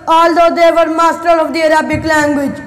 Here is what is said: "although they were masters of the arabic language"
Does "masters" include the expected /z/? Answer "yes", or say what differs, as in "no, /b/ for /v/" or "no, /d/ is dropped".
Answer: no, /z/ is dropped